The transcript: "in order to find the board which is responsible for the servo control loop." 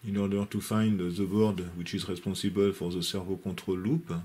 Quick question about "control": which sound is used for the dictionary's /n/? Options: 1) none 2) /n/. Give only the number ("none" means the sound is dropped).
1